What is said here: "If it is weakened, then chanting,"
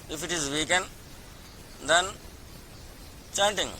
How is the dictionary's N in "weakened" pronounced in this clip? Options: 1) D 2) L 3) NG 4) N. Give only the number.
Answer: 4